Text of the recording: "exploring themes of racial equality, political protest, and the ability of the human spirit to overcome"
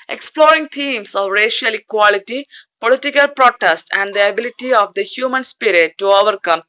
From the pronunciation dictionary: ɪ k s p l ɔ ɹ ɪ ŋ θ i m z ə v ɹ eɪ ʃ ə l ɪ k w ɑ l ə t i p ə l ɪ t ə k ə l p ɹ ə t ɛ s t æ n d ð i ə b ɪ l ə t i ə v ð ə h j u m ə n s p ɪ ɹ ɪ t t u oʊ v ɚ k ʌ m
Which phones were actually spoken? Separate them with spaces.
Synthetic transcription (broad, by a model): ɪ k s p l ɔ ɹ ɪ ŋ t i m s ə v ɹ eɪ ʃ ə l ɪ k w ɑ l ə t i p ə l ɪ t ə k ə l p ɹ ə t ɛ s t æ n d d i ə b ɪ l ə t i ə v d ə h j u m ə n s p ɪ ɹ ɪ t t u oʊ v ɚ k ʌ m